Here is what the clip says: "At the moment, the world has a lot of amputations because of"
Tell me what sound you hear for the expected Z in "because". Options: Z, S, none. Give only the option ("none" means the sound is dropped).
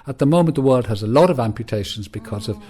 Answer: Z